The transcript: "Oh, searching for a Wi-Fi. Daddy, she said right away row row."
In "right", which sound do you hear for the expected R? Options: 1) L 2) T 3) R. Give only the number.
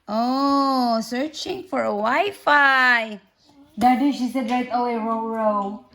1